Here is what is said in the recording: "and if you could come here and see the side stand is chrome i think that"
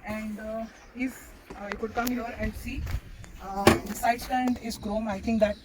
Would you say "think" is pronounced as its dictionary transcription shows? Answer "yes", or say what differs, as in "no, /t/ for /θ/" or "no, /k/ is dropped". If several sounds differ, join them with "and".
no, /t/ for /θ/